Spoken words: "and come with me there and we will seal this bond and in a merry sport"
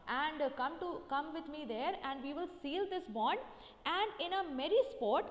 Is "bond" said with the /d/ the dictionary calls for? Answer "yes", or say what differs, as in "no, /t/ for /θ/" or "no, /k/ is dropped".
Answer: yes